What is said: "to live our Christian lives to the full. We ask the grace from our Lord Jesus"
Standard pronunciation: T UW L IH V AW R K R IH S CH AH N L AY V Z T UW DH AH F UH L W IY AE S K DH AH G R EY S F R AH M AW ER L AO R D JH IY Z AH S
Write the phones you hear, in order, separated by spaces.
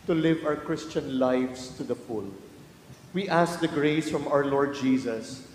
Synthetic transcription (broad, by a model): T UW L IH V AW R K R IH S CH AH N L AY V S T UW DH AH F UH L W IY AE S K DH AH G R EY S F R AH M AW ER L AO R D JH IY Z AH S